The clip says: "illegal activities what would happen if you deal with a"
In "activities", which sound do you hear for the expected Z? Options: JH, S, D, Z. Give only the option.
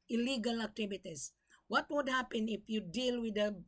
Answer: S